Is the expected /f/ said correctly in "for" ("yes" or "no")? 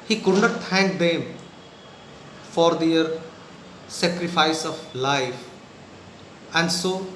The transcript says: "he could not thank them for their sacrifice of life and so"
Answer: yes